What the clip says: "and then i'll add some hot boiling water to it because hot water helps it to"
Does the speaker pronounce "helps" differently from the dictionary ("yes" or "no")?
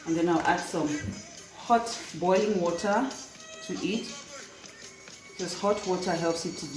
no